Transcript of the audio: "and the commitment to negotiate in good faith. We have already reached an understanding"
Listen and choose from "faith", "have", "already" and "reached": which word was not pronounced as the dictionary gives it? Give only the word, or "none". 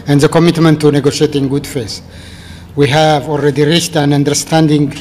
faith